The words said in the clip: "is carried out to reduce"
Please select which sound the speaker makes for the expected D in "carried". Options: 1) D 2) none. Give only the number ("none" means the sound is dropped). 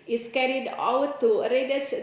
1